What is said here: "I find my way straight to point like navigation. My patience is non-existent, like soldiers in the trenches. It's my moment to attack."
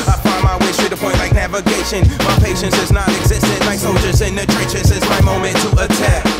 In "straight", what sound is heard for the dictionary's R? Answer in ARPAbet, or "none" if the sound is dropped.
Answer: none